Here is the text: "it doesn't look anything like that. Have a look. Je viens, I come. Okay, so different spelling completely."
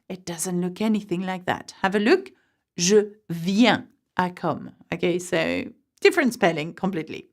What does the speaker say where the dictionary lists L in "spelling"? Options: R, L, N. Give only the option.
L